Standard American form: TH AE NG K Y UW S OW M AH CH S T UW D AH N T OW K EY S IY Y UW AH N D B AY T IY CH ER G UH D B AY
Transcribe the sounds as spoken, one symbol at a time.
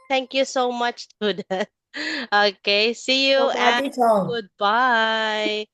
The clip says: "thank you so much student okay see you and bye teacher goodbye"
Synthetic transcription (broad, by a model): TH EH NG K Y UW S OW M AH CH T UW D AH T OW K EY S IY Y UW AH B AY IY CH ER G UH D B AY